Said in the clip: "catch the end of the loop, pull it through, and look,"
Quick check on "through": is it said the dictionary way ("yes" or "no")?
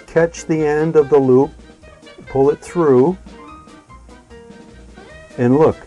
yes